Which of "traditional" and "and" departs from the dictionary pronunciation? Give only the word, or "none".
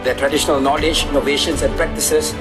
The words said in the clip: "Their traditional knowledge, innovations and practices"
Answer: none